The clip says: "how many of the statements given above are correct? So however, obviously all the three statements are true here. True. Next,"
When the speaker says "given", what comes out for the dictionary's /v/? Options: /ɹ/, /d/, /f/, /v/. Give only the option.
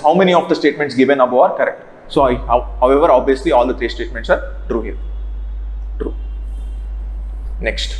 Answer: /v/